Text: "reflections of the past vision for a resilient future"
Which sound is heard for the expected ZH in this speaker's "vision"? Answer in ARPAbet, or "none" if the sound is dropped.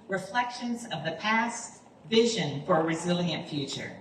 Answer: ZH